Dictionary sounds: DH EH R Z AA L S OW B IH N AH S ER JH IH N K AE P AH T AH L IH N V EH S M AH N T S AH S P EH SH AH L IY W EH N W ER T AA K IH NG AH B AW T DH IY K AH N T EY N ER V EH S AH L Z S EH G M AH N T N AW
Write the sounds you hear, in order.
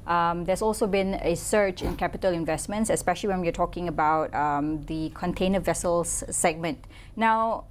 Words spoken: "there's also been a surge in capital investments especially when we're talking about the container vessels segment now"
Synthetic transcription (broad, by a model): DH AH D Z AA L S OW B IH N AH S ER CH IH N K AE P AH T AH L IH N V EH S M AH N T S AH S P EH SH AH L IY W EH N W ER T AA K IH NG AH B AW T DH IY K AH N T EY N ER V EH S AH L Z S EH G M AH N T N AW